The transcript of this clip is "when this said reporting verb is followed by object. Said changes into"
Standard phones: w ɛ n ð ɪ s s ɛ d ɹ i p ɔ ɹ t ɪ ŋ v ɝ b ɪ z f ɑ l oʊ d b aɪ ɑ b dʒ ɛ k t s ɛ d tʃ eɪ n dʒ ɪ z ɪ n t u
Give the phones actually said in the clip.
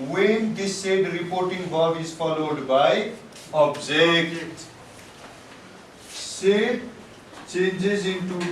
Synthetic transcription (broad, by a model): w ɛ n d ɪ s s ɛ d ɹ i p ɔ ɹ t ɪ ŋ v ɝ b ɪ z f ɑ l oʊ d b aɪ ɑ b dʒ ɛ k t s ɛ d tʃ eɪ n dʒ ɪ z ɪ n t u